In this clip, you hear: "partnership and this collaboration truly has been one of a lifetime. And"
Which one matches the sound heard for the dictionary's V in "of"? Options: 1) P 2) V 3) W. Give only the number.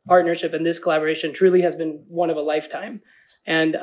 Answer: 2